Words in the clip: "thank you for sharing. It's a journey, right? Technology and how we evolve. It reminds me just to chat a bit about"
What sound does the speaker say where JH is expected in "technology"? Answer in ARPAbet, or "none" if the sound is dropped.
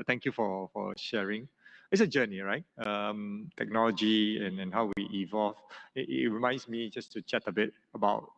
JH